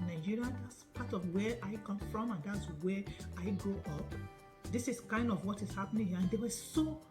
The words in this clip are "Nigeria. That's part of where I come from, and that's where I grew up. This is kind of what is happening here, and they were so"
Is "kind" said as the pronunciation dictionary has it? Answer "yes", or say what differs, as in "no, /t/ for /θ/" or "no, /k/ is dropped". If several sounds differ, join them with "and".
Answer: yes